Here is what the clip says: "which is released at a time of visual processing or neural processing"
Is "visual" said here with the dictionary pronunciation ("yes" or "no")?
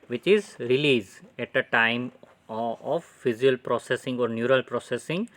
no